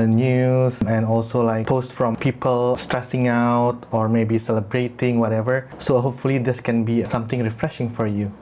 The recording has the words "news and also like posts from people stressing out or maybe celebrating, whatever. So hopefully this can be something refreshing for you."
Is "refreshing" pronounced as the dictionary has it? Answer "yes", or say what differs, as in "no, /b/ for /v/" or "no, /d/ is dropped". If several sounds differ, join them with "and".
yes